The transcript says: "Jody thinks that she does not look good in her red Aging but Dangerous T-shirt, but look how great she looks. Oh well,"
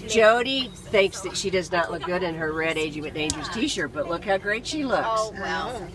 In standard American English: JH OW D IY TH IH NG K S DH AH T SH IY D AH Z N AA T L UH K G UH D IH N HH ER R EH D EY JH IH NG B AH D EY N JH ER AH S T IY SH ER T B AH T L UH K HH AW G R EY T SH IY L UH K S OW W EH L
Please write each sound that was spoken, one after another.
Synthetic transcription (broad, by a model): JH OW D IY TH IH NG K S DH AH T SH IY D AH Z N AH T L UH K G UH D IH N ER R EH D EY JH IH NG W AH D EY N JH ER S T IY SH ER B AH T L UH K HH AW G R EY T SH IY L UH K S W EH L